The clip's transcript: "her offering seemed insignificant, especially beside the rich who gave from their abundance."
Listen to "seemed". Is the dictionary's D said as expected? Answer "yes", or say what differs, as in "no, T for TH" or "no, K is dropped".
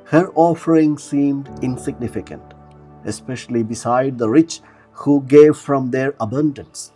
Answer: yes